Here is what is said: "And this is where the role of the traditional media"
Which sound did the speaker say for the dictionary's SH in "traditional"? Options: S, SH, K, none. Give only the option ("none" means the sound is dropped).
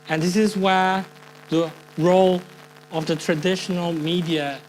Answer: SH